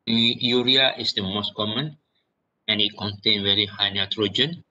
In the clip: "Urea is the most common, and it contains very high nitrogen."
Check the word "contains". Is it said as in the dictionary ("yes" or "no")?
no